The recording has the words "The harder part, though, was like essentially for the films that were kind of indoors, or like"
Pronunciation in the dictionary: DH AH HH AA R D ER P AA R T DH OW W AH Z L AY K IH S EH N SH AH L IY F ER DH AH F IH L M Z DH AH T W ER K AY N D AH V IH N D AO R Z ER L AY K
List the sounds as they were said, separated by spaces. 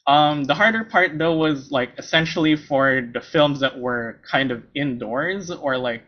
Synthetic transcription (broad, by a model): DH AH HH AA R D ER P AA R T DH OW W AH Z L AY K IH S EH N SH L IY F ER DH AH F IH L M Z DH AH T W ER K AY N D AH V IH N D AO R Z ER L AY K